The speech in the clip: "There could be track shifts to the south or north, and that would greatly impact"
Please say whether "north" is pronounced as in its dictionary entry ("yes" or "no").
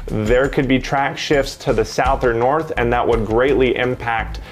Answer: yes